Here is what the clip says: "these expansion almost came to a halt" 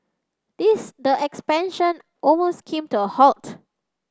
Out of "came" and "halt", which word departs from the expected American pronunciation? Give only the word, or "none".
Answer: none